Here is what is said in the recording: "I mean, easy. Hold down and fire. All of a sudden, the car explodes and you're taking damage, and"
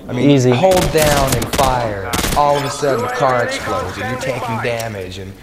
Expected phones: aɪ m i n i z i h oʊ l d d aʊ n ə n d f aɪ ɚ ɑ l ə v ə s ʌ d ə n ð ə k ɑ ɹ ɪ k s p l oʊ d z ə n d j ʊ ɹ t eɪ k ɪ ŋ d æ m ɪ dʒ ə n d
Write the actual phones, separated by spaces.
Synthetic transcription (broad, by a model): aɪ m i i z i h oʊ l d d aʊ n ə n f aɪ ɚ ɑ l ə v ə s ʌ d n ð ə k ɑ ɹ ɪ k s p l oʊ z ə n j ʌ ɹ t eɪ k ɪ ŋ d æ m ɪ dʒ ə n